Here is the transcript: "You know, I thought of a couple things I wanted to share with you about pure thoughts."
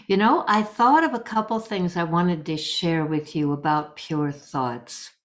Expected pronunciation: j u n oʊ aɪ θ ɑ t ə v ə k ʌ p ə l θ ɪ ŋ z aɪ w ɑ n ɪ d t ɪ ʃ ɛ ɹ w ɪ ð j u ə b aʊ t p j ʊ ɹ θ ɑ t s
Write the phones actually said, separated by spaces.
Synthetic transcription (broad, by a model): j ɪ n oʊ aɪ θ ɑ t ə v ə k ʌ p l θ ɪ ŋ z aɪ w ɑ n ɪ d t ɪ ʃ ɛ ɹ w ɪ ð j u ə b aʊ t p j ʊ ɹ θ ɑ t s